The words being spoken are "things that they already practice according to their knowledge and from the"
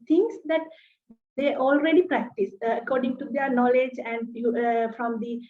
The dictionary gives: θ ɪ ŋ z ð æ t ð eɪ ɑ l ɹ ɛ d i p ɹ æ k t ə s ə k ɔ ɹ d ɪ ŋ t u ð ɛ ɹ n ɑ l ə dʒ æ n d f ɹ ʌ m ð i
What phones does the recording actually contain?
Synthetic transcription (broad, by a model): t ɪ ŋ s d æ t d eɪ ɑ l ɹ ɛ d i p ɹ æ k t ə s ə k ɔ ɹ d ɪ ŋ t u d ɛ ɹ n ɑ l ə dʒ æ n d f ɹ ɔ m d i